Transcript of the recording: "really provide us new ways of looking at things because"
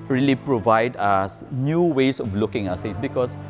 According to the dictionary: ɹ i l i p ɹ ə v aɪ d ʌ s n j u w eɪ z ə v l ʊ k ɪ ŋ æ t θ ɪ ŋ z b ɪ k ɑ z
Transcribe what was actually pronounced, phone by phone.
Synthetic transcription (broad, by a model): ɹ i l i p ɹ ə v aɪ d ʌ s n j u w eɪ s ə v l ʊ k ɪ ŋ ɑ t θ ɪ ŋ b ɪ k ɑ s